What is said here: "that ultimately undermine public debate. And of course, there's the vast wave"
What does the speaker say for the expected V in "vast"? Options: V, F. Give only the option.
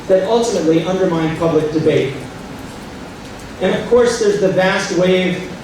V